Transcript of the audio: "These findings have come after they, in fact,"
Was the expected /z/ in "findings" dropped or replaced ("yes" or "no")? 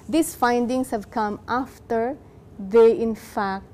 yes